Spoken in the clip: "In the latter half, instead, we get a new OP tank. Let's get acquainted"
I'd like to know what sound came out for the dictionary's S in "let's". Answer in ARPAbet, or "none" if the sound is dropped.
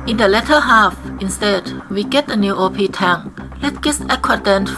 none